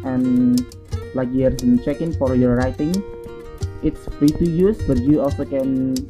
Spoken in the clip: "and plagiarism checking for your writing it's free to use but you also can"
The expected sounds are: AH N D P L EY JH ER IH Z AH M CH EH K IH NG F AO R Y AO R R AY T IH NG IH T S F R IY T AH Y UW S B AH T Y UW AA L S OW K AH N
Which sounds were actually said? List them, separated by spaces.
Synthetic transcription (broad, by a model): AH N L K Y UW ER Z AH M CH EH K IH NG F AO R Y AO R R AY T IH NG IH T S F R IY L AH Y UW S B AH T Y UW AA L S OW K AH N